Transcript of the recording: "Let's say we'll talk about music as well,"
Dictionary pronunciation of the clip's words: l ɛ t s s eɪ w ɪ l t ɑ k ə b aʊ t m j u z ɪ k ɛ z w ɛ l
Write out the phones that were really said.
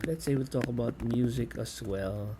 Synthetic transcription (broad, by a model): l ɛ t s s eɪ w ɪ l t ɑ k ə b aʊ t m j u z ɪ k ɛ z w ɛ l